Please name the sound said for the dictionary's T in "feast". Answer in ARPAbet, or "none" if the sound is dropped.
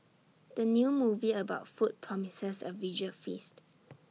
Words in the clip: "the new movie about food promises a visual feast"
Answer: T